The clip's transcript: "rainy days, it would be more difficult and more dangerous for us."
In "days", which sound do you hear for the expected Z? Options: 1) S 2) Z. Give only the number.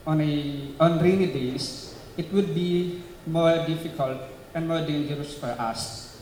1